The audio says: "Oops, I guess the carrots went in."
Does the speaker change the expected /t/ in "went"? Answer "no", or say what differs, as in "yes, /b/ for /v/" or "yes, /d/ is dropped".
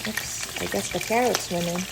yes, /t/ is dropped